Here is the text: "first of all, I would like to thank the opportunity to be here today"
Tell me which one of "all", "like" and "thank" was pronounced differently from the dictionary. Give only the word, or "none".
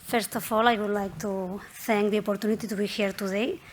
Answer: thank